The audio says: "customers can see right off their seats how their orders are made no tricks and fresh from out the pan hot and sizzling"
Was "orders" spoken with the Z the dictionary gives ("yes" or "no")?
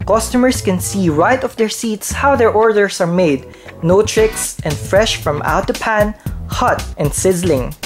no